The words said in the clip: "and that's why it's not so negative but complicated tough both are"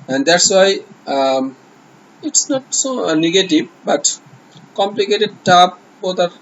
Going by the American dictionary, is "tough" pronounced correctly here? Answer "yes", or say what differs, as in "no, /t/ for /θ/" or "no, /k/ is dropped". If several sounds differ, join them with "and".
no, /p/ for /f/